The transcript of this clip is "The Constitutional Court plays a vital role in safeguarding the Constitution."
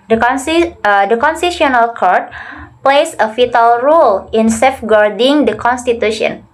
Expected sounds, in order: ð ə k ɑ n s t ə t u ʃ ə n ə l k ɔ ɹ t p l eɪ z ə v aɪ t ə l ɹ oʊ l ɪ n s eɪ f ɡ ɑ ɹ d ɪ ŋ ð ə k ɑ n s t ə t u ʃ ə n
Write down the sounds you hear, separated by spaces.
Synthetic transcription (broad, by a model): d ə k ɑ n s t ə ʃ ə n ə l k ɔ ɹ t p l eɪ s ə f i t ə l ɹ oʊ l ɪ n s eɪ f ɡ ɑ ɹ d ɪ ŋ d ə k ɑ n s t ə t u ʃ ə n